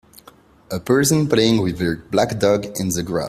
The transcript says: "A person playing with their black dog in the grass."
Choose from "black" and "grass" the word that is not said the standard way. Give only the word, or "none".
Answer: grass